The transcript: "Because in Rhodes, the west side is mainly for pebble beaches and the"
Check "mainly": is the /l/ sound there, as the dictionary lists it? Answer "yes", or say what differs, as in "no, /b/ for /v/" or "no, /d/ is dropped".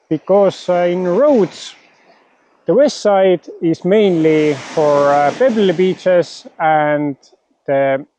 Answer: yes